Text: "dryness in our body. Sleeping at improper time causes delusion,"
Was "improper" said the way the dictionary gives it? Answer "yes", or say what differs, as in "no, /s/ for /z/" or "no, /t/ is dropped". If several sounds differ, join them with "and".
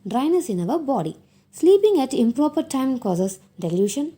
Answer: yes